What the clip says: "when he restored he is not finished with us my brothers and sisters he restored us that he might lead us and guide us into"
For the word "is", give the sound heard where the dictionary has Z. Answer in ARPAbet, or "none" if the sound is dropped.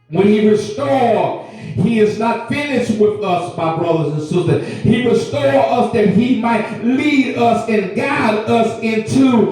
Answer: Z